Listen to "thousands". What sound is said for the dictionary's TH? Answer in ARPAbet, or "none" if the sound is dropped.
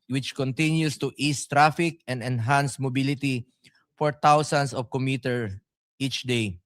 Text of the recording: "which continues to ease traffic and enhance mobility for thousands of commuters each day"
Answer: T